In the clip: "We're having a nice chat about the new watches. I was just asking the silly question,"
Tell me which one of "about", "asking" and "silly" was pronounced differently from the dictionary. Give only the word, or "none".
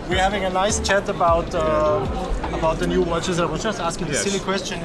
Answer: none